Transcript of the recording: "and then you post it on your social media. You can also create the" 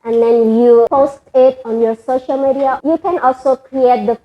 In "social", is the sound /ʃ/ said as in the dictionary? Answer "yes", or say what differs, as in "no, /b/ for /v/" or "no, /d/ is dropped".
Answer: yes